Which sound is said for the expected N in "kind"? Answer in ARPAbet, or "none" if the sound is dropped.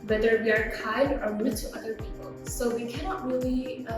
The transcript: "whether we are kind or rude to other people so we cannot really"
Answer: none